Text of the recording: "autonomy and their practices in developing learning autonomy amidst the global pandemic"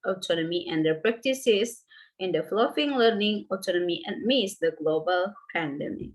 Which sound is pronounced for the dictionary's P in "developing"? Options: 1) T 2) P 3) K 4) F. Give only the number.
4